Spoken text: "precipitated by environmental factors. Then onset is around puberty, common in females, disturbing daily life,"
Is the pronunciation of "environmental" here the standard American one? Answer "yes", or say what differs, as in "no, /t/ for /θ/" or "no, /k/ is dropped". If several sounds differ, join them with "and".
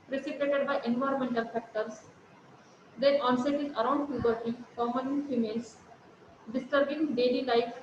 yes